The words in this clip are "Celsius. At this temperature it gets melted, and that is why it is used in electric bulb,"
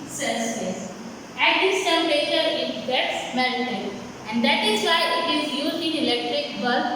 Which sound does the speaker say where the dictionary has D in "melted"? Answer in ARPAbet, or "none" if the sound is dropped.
none